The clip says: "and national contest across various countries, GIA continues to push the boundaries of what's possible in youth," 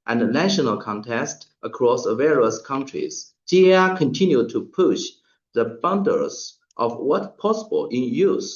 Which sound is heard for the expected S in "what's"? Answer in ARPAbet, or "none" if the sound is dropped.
none